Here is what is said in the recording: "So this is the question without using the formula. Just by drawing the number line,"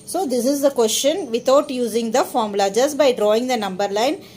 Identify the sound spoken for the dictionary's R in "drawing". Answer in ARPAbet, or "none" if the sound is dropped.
R